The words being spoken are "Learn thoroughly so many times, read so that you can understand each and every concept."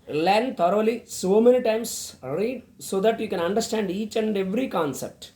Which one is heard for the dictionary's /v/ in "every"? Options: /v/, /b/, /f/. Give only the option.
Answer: /v/